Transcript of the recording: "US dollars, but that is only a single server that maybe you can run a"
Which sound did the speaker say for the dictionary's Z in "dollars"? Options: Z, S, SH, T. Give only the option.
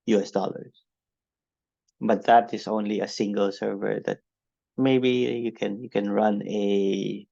S